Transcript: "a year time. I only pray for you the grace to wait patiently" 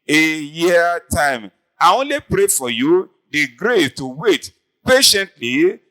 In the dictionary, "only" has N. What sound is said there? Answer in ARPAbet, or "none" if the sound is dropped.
none